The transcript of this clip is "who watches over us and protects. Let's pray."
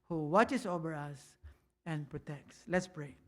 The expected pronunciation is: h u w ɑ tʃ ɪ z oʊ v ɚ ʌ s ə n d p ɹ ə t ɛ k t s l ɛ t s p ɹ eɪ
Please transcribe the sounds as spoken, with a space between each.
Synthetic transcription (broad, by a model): h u w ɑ tʃ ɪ s oʊ v ɚ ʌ s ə n p ɹ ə t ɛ k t s l ɛ t s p ɹ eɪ